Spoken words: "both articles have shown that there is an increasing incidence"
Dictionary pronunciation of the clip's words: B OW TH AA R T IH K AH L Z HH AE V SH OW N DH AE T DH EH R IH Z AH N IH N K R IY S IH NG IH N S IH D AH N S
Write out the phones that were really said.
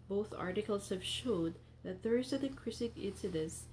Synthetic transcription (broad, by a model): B OW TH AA R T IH K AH L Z HH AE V SH OW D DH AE T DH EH R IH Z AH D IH K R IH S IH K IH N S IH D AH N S